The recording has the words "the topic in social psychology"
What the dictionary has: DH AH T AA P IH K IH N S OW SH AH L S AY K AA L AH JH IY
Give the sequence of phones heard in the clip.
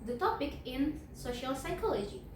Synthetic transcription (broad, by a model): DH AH T AA P IH K IH N S OW SH AH L S AY K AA L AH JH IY